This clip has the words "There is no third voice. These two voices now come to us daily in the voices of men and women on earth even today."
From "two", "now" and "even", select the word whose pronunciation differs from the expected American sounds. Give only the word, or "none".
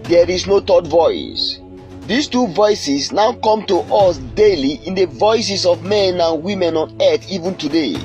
none